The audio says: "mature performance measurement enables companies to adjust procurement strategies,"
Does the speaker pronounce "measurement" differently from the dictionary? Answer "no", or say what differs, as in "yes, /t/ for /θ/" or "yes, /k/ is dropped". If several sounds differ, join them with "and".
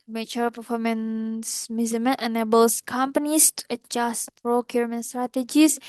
yes, /z/ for /ʒ/